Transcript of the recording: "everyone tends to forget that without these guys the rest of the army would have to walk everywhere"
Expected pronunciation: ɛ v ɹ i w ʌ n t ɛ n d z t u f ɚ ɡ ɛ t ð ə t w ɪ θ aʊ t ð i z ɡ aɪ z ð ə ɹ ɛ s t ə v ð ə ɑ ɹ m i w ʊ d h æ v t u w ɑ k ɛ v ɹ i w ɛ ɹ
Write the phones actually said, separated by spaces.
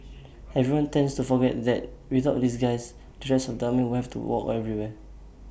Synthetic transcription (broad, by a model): ɛ v ɹ i w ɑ n t ɛ n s t u f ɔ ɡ ɛ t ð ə t w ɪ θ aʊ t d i s ɡ aɪ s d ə ɹ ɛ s ə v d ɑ m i w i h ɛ f t u w ɑ k ɛ v ɹ i w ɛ